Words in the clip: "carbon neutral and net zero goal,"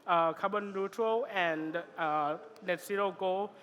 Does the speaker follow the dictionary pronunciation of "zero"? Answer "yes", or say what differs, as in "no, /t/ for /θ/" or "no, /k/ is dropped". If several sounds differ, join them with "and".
no, /s/ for /z/